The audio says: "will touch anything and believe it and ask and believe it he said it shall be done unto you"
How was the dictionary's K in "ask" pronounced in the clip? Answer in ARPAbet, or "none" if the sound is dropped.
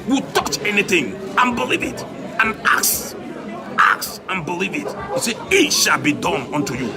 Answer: none